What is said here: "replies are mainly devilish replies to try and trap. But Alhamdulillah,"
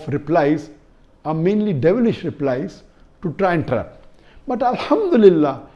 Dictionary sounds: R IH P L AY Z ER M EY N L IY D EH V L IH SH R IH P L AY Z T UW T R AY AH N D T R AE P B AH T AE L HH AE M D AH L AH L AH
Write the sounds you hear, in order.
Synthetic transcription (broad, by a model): R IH P L AY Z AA M EY N L IY D EH V L IH SH R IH P L AY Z T UW T R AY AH N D T R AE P B AH T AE L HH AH M D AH L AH L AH